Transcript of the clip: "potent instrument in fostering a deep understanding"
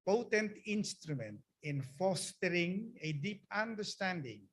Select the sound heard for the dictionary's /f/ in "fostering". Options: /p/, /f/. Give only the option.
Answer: /f/